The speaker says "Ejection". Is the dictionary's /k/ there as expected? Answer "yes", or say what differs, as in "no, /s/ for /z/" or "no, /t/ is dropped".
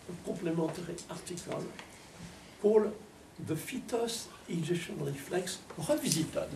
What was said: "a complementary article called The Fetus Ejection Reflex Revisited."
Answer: no, /k/ is dropped